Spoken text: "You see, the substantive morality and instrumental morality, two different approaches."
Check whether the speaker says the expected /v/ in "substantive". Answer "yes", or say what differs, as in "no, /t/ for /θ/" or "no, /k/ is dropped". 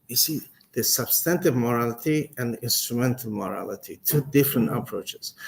yes